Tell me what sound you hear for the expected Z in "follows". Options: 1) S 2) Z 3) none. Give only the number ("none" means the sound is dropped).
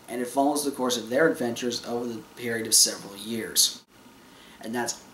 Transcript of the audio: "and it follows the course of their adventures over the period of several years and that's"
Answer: 2